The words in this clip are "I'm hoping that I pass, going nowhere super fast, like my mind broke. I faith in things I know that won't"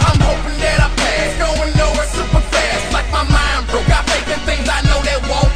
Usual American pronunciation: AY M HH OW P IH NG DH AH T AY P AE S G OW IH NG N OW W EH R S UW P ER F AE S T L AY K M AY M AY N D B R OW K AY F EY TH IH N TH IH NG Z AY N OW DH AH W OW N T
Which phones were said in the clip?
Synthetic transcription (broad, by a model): AY M HH OW P IH NG DH AH T AY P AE G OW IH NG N OW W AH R S UW P ER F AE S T L AY K M AY M AY N D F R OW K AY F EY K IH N TH IH NG Z AY N OW DH AH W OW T